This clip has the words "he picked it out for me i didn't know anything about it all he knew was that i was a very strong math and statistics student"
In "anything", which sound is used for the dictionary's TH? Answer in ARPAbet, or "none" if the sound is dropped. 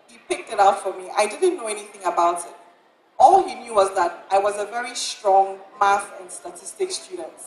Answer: TH